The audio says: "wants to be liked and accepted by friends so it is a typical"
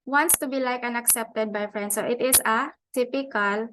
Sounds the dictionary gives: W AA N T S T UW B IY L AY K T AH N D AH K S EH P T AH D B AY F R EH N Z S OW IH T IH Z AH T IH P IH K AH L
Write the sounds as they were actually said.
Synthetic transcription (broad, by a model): W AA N T S T UW B IY L AY K AH N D AH K S EH P T AH D B AY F R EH N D S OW IH T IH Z AH T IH P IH K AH L